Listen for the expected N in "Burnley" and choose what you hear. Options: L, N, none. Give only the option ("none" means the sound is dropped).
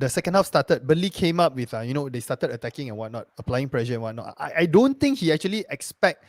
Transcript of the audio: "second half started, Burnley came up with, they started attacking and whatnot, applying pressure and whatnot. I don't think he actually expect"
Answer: none